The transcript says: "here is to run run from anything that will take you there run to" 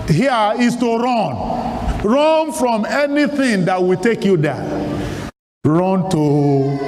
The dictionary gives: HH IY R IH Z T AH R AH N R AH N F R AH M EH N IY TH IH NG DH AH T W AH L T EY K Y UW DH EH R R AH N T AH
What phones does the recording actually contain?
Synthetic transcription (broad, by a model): HH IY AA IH S T AH R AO N R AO N F R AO M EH N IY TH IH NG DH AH T W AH T EY K Y UW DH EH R R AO N T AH